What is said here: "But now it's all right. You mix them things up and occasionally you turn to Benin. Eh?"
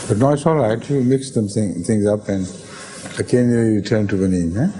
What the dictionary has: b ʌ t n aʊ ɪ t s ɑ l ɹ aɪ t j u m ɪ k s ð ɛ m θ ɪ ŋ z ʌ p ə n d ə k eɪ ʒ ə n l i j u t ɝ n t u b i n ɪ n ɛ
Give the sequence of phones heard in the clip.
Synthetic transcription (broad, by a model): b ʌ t n aʊ ɪ t s ɑ l ɹ aɪ t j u m ɪ k s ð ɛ m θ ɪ ŋ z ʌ p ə n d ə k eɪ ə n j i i t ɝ n t u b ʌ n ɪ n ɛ